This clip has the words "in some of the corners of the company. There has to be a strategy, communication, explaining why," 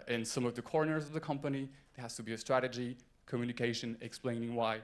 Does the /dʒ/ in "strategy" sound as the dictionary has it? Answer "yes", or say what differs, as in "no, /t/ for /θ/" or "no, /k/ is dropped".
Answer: yes